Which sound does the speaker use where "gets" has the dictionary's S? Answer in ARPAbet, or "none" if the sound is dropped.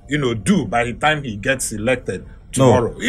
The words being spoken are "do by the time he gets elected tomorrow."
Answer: S